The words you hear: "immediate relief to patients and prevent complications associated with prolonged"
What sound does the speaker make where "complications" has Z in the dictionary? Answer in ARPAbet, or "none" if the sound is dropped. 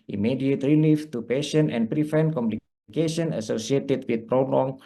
none